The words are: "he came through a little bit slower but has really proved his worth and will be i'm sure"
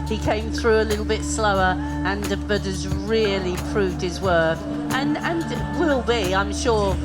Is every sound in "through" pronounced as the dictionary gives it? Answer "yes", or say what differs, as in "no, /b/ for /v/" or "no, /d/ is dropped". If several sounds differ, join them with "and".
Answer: yes